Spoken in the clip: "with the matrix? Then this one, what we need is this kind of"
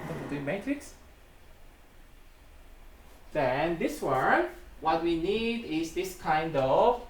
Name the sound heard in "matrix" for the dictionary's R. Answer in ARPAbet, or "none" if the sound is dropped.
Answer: R